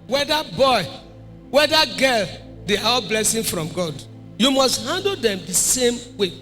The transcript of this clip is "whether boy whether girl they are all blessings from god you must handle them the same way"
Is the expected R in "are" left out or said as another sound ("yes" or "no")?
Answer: yes